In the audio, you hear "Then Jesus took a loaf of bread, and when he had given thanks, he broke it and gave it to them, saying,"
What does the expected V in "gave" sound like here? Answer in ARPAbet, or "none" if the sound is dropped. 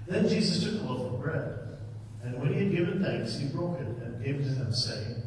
V